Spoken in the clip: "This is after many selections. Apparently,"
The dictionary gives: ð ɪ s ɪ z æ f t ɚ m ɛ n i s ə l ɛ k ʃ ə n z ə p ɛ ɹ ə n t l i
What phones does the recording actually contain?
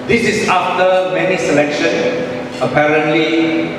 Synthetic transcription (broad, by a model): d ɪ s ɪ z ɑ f t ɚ m ɛ n i s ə l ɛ k ʃ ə n ə p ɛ ɹ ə n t l i